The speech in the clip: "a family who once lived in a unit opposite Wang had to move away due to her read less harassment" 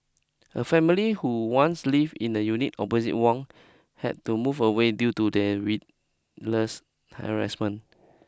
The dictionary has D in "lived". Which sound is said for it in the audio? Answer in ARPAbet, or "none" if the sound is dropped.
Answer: none